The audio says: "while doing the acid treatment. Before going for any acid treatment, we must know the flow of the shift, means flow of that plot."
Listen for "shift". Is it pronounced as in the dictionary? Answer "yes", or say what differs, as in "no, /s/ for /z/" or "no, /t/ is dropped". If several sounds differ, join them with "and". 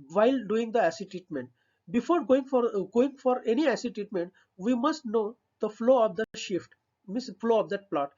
yes